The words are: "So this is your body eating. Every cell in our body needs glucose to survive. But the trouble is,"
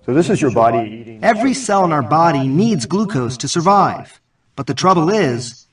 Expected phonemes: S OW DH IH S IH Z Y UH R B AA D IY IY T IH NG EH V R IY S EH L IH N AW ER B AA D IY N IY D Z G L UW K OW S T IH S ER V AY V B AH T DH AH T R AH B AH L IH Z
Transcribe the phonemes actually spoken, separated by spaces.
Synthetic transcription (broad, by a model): S OW DH IH S IH Z Y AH R B AA D IY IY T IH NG EH V R IY S EH L IH N AW ER B AA D IY N IY D Z G L UW K OW S T IH S ER V AY V B AH T DH AH T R AH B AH L IH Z